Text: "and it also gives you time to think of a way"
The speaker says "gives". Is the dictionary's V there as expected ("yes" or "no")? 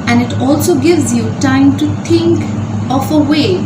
yes